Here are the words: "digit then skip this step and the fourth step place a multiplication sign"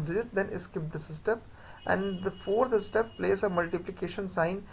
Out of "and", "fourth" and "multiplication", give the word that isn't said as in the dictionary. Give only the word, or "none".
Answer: fourth